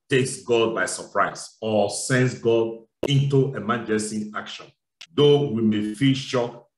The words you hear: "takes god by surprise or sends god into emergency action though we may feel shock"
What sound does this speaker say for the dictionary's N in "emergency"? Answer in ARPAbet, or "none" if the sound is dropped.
none